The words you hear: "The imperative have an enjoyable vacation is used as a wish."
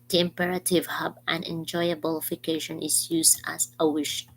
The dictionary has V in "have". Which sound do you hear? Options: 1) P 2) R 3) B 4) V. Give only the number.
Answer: 3